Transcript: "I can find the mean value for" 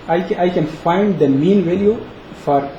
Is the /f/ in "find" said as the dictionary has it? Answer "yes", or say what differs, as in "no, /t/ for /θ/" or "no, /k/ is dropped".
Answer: yes